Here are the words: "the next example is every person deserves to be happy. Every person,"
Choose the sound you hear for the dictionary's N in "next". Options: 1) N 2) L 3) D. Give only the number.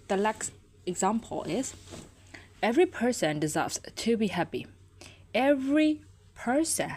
2